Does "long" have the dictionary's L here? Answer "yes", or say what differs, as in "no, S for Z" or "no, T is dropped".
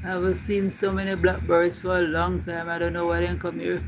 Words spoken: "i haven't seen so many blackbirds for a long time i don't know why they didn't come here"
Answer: yes